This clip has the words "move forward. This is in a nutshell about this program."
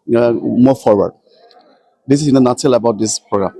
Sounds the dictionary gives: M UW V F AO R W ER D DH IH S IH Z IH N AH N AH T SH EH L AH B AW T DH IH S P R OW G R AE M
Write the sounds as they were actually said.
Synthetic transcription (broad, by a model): M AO F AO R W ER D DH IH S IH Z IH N AH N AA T EH L AH B AW T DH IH S P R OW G R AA M